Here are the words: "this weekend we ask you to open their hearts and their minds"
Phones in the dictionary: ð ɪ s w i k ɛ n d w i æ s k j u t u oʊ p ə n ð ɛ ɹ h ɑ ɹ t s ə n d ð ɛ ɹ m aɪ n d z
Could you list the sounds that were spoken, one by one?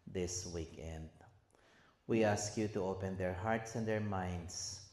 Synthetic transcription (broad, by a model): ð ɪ s w i k ɛ n d w i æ s k j u t u oʊ p ə n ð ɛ ɹ h ɑ ɹ t s ə n d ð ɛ ɹ m aɪ n d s